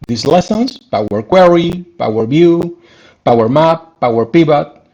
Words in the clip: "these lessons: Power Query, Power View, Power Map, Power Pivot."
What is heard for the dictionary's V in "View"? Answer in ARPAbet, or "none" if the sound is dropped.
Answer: B